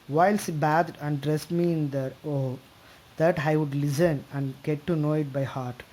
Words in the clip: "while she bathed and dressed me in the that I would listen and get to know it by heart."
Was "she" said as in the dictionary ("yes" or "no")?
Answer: no